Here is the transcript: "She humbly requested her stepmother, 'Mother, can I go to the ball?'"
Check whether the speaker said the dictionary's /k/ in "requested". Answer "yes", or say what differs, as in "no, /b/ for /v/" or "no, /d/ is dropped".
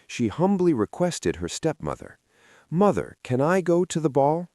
yes